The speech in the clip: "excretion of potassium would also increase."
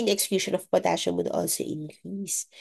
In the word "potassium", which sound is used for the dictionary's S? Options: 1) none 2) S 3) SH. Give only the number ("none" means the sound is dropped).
3